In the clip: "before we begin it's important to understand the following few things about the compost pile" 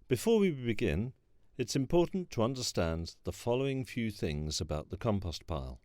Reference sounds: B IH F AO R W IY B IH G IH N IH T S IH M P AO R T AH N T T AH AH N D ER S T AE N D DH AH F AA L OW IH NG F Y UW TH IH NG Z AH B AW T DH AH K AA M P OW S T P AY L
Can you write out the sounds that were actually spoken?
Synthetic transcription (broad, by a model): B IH F AO R W IY B IH G IH N IH T S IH M P AO R T N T T AH AH N D ER S T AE N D DH AH F AA L OW IH NG F Y UW TH IH NG Z AH B AW T DH AH K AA M P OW S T P AY L